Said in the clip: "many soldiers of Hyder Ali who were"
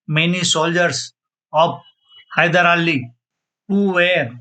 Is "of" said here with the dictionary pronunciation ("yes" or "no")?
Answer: no